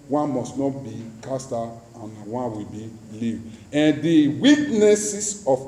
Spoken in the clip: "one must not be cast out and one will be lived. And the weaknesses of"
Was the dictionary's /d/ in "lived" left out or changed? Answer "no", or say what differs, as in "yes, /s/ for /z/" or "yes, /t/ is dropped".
yes, /d/ is dropped